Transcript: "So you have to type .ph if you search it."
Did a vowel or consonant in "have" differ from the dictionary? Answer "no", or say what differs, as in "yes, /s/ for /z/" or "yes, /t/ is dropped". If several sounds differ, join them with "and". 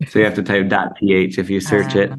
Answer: yes, /f/ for /v/